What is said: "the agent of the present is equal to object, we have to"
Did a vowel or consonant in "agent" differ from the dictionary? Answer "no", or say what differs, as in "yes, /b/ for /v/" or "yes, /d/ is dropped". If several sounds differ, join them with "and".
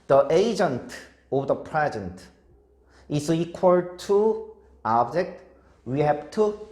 no